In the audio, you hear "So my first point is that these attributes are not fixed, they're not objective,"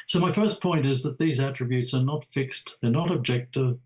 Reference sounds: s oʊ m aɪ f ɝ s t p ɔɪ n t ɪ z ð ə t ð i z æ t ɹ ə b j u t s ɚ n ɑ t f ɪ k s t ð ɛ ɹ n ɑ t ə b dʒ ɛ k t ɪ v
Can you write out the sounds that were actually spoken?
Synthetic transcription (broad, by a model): s oʊ m aɪ f ɝ s p ɔɪ n t ɪ z ð ə t ð i z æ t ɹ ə b j u t s ɚ n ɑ t f ɪ k s t ð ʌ ɹ n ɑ t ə b dʒ ɛ k t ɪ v